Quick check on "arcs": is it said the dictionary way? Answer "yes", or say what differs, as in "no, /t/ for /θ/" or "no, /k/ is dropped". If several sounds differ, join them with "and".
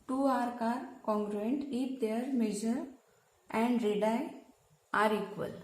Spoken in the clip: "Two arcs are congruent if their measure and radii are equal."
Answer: no, /s/ is dropped